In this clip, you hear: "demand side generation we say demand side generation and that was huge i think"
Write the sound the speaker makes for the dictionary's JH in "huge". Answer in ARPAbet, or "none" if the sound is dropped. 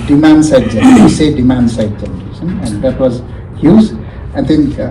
Z